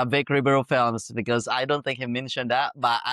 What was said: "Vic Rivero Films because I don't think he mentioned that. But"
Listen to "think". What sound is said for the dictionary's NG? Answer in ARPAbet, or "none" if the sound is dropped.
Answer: NG